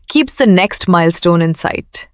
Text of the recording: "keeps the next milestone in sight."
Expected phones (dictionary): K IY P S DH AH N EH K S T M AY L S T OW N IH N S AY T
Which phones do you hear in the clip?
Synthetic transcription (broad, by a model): K IY P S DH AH N EH K S T M AY L S T OW N IH N S AY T